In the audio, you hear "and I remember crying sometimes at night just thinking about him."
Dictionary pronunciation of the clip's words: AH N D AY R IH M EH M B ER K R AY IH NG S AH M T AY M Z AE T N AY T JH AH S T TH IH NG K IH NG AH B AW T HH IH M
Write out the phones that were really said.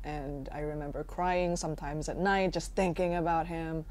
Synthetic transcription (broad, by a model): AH N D AY R IH M EH M B ER K R AY IH NG S AH M T AY M Z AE T N AY T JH AH S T TH IH NG K IH NG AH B AW T HH IH M